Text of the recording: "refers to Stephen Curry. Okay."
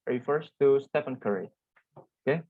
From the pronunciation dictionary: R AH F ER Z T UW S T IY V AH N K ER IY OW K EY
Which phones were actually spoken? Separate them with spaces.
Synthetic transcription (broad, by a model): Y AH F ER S T UW S T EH P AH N K ER IY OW K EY